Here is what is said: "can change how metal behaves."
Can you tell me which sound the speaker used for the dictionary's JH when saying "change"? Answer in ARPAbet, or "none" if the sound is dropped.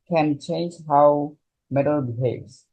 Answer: JH